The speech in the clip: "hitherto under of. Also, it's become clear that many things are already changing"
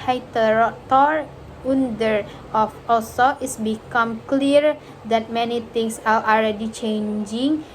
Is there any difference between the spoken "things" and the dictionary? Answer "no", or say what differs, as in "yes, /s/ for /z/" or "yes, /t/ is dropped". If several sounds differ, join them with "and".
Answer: yes, /t/ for /θ/ and /s/ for /z/